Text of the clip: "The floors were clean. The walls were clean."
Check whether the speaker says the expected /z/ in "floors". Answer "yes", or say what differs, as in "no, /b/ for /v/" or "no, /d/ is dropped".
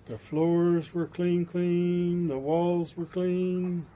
yes